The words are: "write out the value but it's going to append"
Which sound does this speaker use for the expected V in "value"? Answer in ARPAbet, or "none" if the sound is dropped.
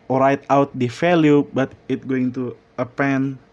F